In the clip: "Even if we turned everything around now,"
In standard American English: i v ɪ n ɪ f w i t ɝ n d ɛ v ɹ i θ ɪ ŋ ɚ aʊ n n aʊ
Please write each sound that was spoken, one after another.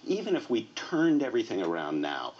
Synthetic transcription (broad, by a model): i v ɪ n ɪ f w i t ɝ n d ɛ v ɹ i θ ɪ ŋ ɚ aʊ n n aʊ